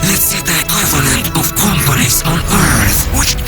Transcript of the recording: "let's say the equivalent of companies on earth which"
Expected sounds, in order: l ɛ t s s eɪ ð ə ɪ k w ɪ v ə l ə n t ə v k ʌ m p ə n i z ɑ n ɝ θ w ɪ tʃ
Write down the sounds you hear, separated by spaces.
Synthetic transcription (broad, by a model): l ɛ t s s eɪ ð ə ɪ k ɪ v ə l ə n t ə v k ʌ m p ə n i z ɑ n ɝ θ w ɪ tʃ